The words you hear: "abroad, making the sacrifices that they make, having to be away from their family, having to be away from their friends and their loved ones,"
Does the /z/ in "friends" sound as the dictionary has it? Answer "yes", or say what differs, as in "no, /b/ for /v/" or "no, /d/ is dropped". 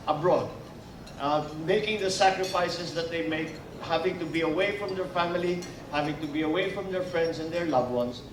no, /s/ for /z/